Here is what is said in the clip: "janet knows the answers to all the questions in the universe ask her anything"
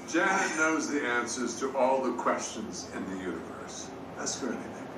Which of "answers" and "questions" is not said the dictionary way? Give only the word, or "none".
none